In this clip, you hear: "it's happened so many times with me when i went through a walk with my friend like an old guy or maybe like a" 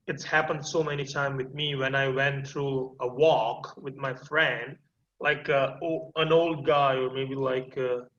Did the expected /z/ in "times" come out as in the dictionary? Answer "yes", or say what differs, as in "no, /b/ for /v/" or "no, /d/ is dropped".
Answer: no, /z/ is dropped